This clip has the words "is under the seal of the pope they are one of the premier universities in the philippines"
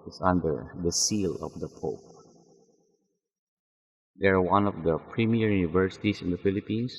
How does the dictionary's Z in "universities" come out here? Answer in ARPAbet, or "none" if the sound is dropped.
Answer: S